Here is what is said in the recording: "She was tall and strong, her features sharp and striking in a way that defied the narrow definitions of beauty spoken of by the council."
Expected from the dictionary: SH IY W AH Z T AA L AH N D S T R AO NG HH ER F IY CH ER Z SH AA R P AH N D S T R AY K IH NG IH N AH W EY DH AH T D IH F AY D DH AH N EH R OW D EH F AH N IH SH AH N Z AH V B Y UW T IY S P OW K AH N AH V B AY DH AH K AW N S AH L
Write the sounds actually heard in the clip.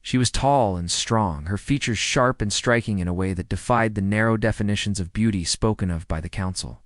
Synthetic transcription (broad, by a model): SH IY W AH Z T AA L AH N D S T R AO NG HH ER F IY CH ER Z SH AA R P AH N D S T R AY K IH NG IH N AH W EY DH AH T D IH F AY D DH AH N EH R OW D EH F AH N IH SH AH N Z AH V B Y UW T IY S P OW K AH N AH V B AY DH AH K AW N S L